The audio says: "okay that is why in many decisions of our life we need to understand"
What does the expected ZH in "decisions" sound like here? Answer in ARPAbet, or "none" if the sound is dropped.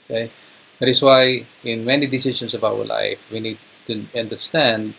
S